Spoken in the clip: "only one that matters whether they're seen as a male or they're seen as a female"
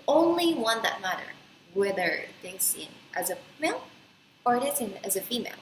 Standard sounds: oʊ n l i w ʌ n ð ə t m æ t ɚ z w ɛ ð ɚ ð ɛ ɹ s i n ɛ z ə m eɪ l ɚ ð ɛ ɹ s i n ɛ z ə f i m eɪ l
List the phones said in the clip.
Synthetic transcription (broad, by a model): oʊ n l i w ʌ n ð ə t m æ t ɚ w ɛ ð ɚ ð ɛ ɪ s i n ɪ z ə m eɪ l ɚ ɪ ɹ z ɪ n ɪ z ə f i m eɪ l